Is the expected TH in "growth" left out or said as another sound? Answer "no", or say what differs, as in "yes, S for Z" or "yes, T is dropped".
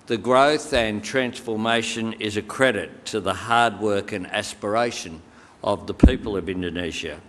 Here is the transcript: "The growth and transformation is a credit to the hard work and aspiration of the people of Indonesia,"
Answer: no